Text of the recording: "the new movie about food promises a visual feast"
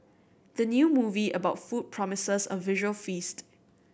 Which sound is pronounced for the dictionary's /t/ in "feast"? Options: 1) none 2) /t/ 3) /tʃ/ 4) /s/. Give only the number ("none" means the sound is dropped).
2